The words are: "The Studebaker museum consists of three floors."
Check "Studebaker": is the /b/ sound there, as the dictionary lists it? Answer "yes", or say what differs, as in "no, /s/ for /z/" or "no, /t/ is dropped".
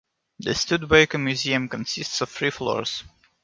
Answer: no, /b/ is dropped